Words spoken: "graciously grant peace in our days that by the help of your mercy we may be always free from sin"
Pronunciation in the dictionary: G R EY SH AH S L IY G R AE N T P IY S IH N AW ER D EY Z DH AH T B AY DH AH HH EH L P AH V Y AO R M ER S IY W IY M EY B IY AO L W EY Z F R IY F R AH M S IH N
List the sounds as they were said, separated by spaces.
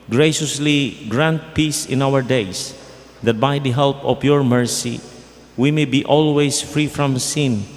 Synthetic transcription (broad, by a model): G R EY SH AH S L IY G R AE N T P IY S IH N AW ER D EY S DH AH T B AY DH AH HH EH L P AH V Y AO R M ER S IY W IY M EY B IY AO L W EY S F R IY F R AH M S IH N